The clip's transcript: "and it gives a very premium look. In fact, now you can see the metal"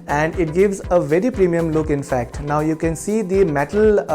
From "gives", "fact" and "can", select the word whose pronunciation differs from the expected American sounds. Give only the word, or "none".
none